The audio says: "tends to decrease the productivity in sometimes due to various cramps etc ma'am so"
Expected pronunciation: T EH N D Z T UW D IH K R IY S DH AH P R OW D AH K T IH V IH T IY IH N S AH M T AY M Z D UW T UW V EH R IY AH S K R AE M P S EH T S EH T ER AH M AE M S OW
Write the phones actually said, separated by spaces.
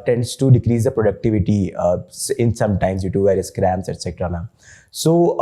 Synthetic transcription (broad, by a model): T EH N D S T UW D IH K R IY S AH P R OW D AH K T IH V IH T IY IH N S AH M T AY M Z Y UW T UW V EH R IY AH S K R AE M S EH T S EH T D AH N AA S OW